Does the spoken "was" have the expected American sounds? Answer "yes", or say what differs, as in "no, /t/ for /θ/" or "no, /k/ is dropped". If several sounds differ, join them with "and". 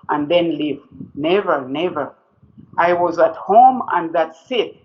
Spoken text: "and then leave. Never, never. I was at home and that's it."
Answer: yes